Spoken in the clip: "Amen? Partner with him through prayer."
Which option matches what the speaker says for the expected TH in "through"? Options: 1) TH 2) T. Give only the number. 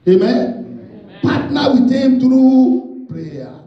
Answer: 2